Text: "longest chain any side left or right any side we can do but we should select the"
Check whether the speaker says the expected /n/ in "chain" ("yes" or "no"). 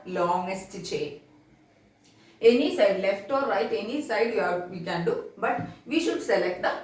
no